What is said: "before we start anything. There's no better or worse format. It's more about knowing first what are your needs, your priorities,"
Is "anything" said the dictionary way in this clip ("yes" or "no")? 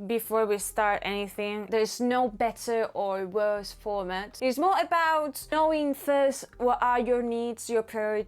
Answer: yes